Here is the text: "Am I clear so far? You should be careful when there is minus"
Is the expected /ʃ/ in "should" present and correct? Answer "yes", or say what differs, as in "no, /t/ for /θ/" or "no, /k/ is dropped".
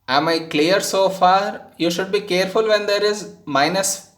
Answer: yes